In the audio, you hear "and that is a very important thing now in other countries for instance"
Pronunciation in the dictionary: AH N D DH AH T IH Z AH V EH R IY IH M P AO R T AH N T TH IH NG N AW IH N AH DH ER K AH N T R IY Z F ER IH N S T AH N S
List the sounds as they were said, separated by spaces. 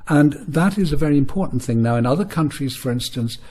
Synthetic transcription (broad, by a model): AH N DH AH T IH Z AH V EH R IY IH M P AO R T N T TH IH NG N AW IH N AH DH ER K AH N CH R IY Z F ER IH N S T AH N S